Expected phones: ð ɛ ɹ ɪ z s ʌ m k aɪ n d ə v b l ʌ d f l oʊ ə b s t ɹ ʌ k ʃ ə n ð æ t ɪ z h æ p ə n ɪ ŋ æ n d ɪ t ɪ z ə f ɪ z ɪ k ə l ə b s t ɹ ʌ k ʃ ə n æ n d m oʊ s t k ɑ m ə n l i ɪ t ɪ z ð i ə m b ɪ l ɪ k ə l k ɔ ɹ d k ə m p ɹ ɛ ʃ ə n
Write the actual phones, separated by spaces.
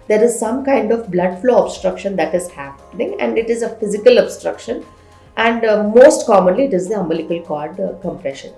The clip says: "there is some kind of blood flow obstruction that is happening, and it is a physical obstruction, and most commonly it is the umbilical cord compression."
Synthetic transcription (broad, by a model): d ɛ ɹ ɪ z s ʌ m k aɪ n d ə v b l ʌ d f l oʊ ə b s t ɹ ʌ k ʃ ə n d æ t ɪ z h æ p ə n ɪ ŋ æ n d ɪ t ɪ z ə f ɪ z ɪ k ə l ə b s t ɹ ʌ k ʃ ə n æ n d m oʊ s t k ɑ m ə n l i ɪ t ɪ z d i ə m b ɪ l ɪ k ə l k ɔ ɹ d k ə m p ɹ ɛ ʃ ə n